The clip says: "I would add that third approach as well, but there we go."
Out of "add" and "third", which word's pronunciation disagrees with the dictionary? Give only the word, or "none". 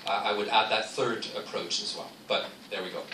none